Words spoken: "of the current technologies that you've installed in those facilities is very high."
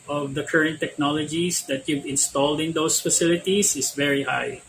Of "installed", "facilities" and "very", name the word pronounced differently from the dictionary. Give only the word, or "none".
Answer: facilities